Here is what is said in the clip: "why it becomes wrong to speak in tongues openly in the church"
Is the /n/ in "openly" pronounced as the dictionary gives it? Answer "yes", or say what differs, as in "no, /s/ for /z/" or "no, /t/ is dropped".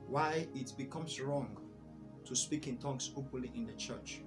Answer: no, /n/ is dropped